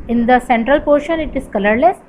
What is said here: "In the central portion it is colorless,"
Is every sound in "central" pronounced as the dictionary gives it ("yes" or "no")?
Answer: yes